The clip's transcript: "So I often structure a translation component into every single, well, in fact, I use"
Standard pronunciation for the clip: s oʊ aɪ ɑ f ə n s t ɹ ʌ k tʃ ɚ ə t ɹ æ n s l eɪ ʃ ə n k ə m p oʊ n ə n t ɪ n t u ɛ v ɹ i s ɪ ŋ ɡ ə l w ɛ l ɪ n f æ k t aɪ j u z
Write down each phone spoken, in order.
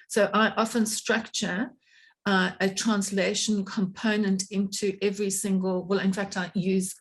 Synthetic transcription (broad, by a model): s oʊ aɪ ɑ f ə n s t ɹ ʌ k tʃ ɚ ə t ɹ æ n s l eɪ ʃ ə n k ə m p oʊ n ə n t ɪ n t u ɛ v ɹ i s ɪ ŋ ɡ ə l w ɛ l ɪ n f æ k t aɪ j u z